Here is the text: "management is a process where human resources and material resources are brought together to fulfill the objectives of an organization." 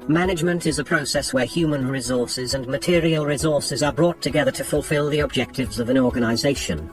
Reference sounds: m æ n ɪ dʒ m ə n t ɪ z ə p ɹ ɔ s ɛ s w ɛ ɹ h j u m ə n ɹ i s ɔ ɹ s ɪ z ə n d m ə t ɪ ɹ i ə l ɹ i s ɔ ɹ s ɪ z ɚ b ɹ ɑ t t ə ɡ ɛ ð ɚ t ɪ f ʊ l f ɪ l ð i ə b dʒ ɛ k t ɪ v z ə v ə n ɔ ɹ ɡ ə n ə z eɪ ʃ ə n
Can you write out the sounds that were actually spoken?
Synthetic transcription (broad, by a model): m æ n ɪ dʒ m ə n t ɪ z ə p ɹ ɔ s ɛ s w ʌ ɹ h j u m ə n ɹ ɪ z ɔ ɹ s ɪ z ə n m ə t ɪ ɹ i ə l ɹ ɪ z ɔ ɹ s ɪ z ɚ b ɹ ɑ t t ə ɡ ɛ ð ɚ t ɪ f ʊ l f ɪ l ð i ə b dʒ ɛ k t ɪ v z ə v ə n ɔ ɹ ɡ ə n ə z eɪ ʃ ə n